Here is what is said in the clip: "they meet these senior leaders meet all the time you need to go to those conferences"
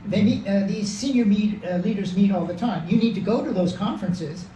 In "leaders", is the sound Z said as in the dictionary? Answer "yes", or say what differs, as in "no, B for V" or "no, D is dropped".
yes